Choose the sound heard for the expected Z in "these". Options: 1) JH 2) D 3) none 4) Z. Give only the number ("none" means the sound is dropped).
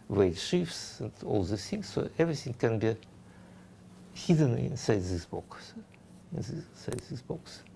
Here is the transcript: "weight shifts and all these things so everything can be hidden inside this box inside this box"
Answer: 3